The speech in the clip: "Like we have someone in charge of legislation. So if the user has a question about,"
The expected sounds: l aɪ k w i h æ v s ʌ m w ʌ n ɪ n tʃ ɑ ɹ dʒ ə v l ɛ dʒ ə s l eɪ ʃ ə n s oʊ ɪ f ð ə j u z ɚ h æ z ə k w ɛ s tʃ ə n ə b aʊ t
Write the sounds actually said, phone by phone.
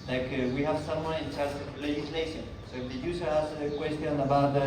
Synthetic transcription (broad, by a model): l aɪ k w i h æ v s ʌ m w ʌ n ɪ n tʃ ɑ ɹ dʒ ə v l ɛ dʒ ə s l eɪ ʃ ə n s oʊ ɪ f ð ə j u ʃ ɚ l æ s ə k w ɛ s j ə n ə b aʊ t